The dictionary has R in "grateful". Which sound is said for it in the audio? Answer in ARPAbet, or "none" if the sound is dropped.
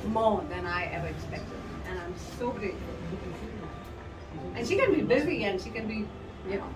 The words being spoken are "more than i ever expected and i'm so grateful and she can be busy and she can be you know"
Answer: R